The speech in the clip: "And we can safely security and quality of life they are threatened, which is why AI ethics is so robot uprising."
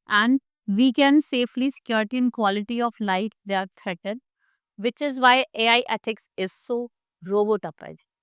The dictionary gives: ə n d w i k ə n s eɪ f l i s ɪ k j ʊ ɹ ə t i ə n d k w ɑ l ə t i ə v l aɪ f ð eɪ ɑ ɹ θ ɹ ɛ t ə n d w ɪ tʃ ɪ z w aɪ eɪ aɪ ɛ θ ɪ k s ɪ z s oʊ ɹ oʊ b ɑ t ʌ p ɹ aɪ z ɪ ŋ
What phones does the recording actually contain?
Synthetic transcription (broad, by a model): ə n d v i k ə n s eɪ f l i s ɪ k j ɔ ɹ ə t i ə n k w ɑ l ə t i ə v l aɪ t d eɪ ɹ t ɹ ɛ t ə d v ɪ tʃ ɪ z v aɪ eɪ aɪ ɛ t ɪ k s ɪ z s oʊ ɹ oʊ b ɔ t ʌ p ɹ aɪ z